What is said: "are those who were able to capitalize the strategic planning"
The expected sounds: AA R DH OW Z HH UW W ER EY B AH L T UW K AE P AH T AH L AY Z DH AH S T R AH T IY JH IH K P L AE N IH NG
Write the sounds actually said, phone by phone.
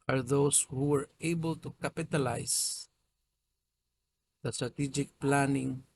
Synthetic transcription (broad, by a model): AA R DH OW S HH UW W ER EY B AH L T UW K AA P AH T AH L AY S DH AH S T R AH T IY JH IH K P L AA N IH NG